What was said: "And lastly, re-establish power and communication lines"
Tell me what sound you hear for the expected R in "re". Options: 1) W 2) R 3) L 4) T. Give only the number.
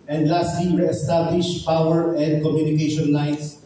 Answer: 1